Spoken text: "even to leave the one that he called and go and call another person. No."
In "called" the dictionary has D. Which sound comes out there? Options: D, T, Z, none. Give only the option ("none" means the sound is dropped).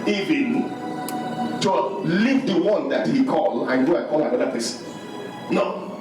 none